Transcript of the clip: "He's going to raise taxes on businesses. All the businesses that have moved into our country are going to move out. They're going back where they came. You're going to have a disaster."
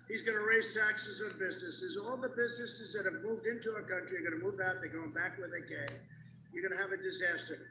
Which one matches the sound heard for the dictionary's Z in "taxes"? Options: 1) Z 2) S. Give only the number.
1